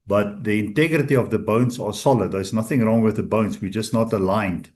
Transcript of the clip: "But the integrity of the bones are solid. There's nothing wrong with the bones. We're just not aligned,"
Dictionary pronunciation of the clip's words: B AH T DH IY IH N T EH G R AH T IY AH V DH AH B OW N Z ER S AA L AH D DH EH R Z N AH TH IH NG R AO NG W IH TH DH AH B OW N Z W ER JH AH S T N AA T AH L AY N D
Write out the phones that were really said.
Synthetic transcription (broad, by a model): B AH T DH IY IH N T EH G R AH T IY AH V DH AH B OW N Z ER S AA L AH D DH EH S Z N AH TH IH NG R AO NG W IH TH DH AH B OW N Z W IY JH AH S T N AA T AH L AY N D